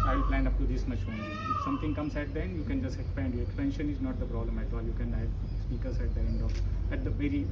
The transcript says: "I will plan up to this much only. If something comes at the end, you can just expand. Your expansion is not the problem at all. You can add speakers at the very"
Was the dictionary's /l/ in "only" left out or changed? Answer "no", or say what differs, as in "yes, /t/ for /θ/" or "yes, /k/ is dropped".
yes, /l/ is dropped